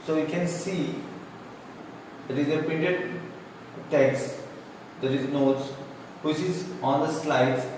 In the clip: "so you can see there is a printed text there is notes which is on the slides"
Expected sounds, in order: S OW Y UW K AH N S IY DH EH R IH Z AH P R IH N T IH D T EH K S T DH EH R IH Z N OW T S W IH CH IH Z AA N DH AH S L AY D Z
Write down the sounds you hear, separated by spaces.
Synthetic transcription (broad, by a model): S OW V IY K AH N S IY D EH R IH Z AH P IH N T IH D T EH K S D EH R IH Z N OW T S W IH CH IH Z AA N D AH S L AY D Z